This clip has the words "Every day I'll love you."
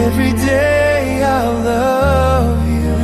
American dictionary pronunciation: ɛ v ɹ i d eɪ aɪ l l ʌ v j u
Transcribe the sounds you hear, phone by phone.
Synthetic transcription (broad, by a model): ɛ v ɹ i d eɪ aɪ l l ʌ v j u